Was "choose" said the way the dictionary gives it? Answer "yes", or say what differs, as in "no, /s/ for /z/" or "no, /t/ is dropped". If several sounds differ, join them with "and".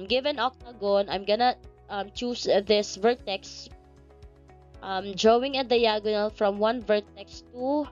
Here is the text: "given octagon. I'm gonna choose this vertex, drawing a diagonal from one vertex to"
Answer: no, /s/ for /z/